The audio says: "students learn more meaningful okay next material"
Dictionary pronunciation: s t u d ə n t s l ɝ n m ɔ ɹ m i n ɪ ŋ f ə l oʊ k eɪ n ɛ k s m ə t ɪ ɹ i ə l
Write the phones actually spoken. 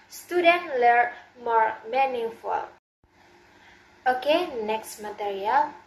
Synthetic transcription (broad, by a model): s t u d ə n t l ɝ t m ɔ ɹ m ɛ n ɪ f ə l oʊ k eɪ n ɛ k s m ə t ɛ ɹ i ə l